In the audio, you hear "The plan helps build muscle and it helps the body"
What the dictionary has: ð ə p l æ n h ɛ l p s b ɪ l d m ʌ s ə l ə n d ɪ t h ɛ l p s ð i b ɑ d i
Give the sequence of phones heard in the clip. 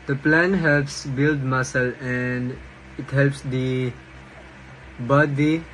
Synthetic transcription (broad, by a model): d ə p l æ n h ɛ l p s b ɪ l d m ʌ s ə l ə n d ɪ t h ɛ l p s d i b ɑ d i